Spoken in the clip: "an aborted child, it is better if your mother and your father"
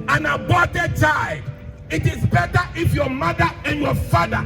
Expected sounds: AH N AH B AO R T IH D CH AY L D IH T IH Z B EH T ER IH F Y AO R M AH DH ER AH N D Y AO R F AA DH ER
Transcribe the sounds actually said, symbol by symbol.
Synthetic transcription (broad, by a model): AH N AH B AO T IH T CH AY D IH T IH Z B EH T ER IH F Y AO M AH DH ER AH N Y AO F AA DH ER